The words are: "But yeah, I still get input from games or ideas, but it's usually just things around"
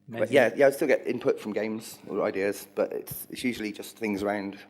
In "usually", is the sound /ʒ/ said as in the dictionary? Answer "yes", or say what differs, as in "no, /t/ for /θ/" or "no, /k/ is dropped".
yes